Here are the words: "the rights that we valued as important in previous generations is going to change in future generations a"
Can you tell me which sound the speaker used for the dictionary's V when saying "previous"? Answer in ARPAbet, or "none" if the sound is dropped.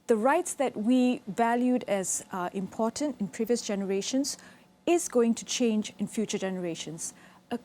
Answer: V